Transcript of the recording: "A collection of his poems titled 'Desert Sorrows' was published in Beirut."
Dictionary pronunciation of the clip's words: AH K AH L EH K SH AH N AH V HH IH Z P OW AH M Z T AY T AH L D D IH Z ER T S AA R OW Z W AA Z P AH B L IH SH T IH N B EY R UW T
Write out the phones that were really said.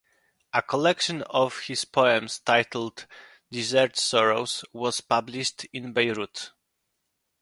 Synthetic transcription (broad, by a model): AH K AH L EH K SH AH N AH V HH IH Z P OW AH M S T AY T L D D IH Z ER T S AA R OW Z W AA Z P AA B L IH SH T IH N B EY R UW T